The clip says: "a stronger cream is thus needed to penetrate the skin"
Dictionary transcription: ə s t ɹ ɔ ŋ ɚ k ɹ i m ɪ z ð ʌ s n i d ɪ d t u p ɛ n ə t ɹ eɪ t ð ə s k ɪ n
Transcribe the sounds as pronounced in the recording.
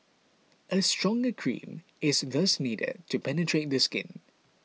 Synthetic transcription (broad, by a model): ə s t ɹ ɔ ŋ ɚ k ɹ i m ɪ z ð ʌ s n i d ɪ d t u p ɛ n ə t ɹ eɪ t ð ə s k ɪ n